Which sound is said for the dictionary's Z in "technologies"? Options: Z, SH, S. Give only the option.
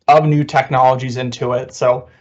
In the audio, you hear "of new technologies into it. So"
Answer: Z